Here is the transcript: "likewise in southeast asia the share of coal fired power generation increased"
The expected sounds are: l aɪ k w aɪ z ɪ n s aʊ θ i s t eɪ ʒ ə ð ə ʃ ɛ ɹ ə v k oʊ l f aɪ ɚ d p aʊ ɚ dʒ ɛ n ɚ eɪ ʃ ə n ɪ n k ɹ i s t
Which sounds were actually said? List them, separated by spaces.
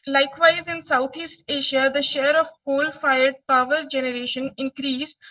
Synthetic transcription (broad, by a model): l aɪ k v aɪ z ɪ n s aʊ t i s t eɪ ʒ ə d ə ʃ ɛ ɹ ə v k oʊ l f aɪ ɚ d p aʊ ɚ dʒ ɛ n ɚ eɪ ʃ ə n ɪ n k ɹ i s